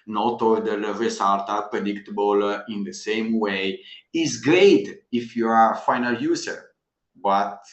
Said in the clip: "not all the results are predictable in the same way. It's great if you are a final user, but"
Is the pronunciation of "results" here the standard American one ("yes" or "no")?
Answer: no